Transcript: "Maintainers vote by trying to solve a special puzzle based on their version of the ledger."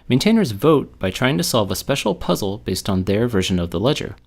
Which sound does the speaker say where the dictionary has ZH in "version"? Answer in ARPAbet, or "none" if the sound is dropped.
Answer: ZH